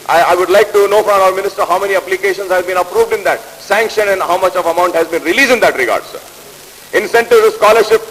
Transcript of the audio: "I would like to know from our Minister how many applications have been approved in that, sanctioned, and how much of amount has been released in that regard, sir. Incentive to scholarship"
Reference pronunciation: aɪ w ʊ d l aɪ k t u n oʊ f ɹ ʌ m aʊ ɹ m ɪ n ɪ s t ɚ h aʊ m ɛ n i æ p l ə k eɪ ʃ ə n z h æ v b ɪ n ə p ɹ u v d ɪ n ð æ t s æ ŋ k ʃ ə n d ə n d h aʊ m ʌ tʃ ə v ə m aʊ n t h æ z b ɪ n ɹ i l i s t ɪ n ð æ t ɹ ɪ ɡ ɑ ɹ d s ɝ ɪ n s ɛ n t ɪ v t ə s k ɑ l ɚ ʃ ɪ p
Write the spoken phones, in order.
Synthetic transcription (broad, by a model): aɪ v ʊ d l aɪ k t u n oʊ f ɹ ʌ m aʊ ɹ m ɪ n ɪ s t ɚ h aʊ m ɛ n i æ p l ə k eɪ ʃ ə n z h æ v b ɪ n ə p ɹ u v d ɪ n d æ t s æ ŋ k ʃ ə n ə n d h aʊ m ʌ tʃ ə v ə m aʊ n t h æ z b ɪ n ɹ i l i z ɪ n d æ t ɹ ɪ ɡ ɑ ɹ d s ɝ ɪ n s ɛ n t ɪ v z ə s k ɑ l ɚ ʃ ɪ p